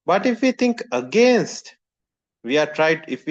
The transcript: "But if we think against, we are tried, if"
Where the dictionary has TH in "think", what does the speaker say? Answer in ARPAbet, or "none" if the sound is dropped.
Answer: T